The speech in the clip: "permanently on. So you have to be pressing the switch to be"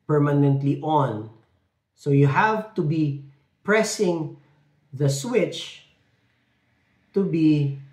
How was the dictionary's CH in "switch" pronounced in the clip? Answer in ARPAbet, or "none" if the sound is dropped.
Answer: CH